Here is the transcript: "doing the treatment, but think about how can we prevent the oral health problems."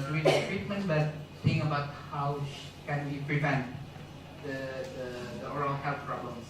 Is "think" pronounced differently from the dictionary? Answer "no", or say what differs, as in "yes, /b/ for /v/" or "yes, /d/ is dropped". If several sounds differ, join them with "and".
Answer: yes, /k/ is dropped